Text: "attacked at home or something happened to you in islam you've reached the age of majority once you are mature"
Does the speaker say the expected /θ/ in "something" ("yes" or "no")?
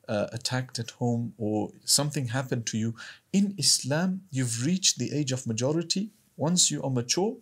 yes